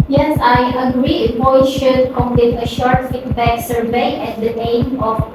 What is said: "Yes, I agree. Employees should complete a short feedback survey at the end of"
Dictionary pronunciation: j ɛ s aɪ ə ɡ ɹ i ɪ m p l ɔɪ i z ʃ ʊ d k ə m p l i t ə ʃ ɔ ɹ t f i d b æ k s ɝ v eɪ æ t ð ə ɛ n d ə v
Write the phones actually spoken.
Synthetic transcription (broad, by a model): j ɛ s aɪ ə ɡ ɹ i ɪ p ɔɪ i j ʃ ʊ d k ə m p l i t ə ʃ ɔ ɹ t f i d b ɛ k s ɝ v eɪ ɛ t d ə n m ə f